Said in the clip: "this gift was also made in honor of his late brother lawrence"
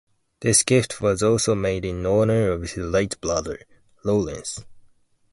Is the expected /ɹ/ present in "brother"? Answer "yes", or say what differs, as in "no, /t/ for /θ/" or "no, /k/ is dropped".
no, /l/ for /ɹ/